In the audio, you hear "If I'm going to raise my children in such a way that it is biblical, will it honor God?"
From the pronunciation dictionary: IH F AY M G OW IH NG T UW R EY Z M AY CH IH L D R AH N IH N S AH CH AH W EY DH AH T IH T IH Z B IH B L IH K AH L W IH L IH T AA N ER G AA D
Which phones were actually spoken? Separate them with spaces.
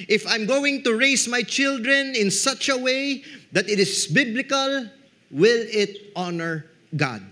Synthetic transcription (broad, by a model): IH F AY M G OW IH NG T UW R EY S M AY CH IH L D R AH N IH N S AH CH AH W EY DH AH T IH T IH S B IH B L IH K AH L W IH L IH T AA N ER G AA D